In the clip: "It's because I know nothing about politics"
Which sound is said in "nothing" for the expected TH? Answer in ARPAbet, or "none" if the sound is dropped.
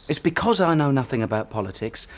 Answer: TH